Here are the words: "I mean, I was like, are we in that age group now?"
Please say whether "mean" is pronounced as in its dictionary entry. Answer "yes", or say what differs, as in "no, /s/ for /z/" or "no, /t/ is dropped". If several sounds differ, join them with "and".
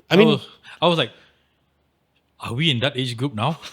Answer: no, /n/ is dropped